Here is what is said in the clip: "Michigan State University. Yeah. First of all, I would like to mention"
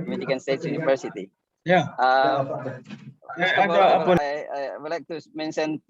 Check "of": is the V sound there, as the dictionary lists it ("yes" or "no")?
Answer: no